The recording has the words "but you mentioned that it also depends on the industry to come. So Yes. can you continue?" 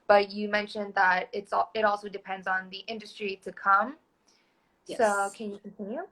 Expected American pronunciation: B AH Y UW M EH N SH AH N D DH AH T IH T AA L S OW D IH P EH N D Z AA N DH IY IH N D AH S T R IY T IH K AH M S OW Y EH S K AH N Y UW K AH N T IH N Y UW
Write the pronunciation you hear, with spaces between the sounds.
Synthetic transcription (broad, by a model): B AH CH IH M EH N SH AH N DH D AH T IH T AA L S OW D IH P EH N D Z N DH IY IH N D AH S T R IY T IH K AH M S OW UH K AH N Y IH K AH N T IH N Y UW